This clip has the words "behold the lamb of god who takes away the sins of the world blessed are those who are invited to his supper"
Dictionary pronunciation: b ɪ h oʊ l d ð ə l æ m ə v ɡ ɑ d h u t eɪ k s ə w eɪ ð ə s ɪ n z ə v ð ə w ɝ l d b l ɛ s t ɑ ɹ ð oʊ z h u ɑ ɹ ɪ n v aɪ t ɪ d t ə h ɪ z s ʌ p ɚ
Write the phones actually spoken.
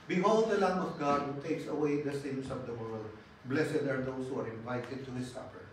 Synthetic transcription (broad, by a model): b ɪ h oʊ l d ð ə l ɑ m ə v ɡ ɑ d h u t eɪ k s ə w eɪ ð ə s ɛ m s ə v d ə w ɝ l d b l ɛ s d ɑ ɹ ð oʊ s h u ɑ ɹ ɪ n v aɪ t ɪ d t ə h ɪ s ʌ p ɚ